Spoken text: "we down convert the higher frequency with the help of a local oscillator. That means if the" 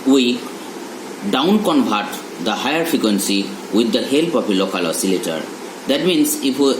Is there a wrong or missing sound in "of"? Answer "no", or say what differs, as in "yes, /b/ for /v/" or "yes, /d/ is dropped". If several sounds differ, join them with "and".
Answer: yes, /p/ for /v/